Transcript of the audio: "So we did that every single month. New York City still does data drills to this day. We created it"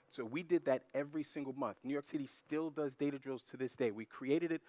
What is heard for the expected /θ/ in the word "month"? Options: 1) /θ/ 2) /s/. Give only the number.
1